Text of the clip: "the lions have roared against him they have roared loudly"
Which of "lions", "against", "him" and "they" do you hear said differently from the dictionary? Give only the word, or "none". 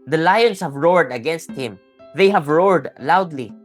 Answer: lions